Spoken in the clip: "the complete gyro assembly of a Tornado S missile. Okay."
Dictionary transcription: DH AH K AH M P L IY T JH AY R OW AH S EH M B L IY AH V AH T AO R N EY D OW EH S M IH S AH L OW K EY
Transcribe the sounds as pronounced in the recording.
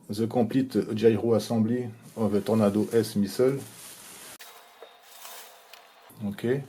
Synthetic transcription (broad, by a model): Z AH K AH P L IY T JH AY R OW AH S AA B L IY AH V AH T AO R N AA D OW EH S M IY S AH L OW K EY